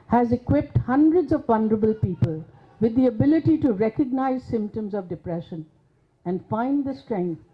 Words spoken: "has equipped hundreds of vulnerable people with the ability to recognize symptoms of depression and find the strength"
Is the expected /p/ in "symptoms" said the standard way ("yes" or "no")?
yes